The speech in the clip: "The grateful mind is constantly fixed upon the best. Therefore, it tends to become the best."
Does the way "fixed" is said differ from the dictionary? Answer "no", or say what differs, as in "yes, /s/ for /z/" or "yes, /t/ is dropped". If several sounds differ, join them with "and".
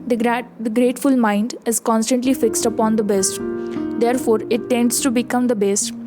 no